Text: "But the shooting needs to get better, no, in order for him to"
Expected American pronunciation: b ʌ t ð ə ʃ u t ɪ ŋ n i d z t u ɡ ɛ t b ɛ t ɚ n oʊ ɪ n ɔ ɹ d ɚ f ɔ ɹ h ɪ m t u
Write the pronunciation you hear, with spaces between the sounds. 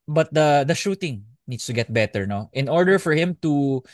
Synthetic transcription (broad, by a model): b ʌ t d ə ʃ u t ɪ ŋ n i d s t u ɡ ɛ t b ɛ t ɚ n oʊ ɪ n ɔ ɹ d ɚ f ɔ ɹ h ɪ m t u